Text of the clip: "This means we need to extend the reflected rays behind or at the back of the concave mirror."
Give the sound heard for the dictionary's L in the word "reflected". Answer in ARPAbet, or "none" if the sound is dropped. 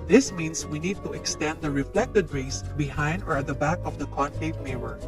L